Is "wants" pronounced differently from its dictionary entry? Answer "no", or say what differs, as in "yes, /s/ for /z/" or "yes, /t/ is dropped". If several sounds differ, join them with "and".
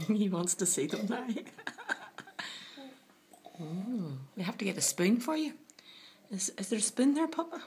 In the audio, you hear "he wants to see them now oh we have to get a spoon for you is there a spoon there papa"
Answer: no